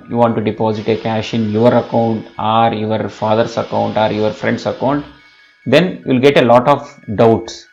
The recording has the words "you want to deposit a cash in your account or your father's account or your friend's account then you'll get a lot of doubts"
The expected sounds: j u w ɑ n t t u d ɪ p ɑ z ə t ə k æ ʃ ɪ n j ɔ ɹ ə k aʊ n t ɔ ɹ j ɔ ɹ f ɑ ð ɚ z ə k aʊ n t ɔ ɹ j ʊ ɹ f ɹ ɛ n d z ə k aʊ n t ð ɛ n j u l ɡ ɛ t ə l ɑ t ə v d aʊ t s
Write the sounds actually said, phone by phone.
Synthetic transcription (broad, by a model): j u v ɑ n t t u d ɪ p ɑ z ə t ə k æ ʃ ɪ n j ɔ ɹ ə k aʊ n t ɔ ɹ j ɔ ɹ f ɑ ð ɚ s ə k aʊ n t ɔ ɹ j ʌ ɹ f ɹ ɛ n d s ə k aʊ n t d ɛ n j u l ɡ ɛ t ə l ɑ t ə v d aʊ t s